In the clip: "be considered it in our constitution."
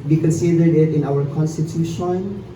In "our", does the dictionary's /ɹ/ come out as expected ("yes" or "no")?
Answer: no